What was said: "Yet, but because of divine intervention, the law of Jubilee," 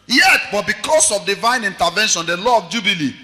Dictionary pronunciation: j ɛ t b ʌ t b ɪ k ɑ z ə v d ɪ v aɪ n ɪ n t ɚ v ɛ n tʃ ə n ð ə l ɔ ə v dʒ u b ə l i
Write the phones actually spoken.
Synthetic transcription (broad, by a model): j ɛ t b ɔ t b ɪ k ɑ s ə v d ɪ v aɪ n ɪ n t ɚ v ɛ n ʃ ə n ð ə l ɔ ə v dʒ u b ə l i